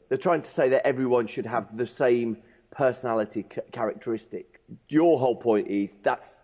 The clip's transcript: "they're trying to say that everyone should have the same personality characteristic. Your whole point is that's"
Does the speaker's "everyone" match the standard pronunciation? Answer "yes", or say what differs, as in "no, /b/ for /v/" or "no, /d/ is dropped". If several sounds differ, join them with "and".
yes